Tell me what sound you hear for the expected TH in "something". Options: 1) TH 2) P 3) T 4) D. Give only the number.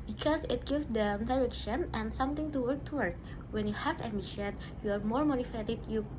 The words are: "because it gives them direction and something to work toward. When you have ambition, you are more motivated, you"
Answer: 3